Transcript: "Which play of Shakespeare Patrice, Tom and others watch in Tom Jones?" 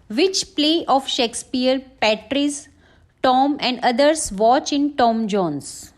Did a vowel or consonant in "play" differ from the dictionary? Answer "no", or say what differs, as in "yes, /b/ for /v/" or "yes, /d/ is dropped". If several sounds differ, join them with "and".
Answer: no